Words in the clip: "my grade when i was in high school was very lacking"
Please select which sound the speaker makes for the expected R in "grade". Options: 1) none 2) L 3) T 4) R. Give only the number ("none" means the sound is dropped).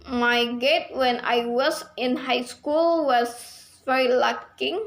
1